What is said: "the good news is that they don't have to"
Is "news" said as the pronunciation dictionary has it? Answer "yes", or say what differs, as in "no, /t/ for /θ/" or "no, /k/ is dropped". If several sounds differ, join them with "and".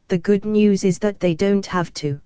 yes